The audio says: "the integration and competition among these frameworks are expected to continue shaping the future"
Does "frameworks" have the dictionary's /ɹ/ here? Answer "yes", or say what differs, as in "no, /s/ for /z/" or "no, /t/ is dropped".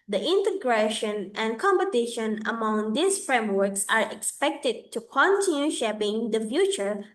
yes